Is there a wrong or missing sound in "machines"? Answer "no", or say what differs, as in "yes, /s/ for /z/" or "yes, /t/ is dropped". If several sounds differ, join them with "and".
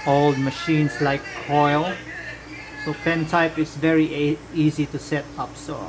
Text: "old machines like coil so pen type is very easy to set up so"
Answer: yes, /s/ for /z/